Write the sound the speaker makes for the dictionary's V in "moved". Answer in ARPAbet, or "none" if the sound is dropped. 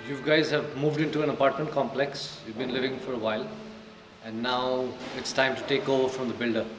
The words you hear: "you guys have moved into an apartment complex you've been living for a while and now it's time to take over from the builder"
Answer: V